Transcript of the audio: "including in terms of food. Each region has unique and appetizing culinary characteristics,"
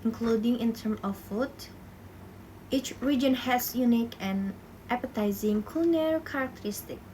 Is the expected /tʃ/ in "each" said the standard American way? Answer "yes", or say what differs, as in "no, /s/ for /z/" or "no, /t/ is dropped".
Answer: yes